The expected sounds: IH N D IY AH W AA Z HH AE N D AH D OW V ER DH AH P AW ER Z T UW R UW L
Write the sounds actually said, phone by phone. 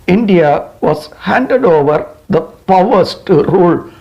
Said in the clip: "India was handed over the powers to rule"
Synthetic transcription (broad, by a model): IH N D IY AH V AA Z HH AE N D AH D OW V ER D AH P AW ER S T UW R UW L